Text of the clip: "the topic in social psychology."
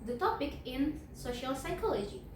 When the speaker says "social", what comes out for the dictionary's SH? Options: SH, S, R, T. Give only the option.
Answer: SH